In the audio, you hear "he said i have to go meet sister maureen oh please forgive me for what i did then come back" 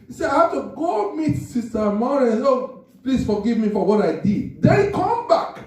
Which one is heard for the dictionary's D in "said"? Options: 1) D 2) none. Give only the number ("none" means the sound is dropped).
2